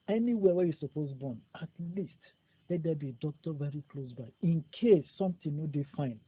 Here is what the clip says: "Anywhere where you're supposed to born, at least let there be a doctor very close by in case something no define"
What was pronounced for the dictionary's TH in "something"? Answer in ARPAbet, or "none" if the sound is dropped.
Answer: T